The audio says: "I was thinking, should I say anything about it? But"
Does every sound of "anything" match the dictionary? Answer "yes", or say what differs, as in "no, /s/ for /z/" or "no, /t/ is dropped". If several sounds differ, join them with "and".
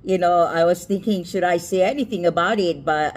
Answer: yes